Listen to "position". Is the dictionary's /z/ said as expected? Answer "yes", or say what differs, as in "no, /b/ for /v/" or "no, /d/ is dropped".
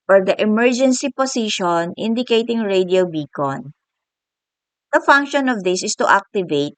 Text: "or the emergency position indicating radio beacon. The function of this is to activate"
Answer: no, /s/ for /z/